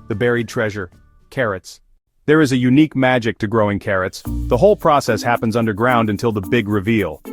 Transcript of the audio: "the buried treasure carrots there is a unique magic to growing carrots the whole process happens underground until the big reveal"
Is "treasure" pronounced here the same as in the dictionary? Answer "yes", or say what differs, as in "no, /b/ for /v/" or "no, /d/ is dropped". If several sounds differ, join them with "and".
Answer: yes